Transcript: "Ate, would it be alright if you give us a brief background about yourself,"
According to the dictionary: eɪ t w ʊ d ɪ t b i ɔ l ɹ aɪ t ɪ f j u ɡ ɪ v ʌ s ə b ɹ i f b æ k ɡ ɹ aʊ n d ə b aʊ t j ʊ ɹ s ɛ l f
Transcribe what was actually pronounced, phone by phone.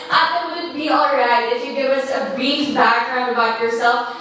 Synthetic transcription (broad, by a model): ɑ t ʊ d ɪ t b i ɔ l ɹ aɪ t ɪ f j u ɡ ɪ v ʌ s ə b i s b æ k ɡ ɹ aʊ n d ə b aʊ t j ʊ ɹ s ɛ l f